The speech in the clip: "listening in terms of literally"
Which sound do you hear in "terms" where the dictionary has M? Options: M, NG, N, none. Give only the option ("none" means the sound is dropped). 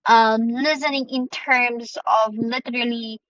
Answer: M